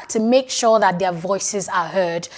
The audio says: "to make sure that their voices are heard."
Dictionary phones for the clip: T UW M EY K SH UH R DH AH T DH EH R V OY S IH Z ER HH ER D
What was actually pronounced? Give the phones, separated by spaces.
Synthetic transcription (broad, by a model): T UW M EY K SH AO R DH AH T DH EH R V OY S IH Z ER HH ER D